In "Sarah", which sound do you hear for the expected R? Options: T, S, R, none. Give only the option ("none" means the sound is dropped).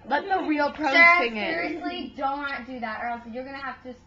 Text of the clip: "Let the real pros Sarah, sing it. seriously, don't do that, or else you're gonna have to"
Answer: none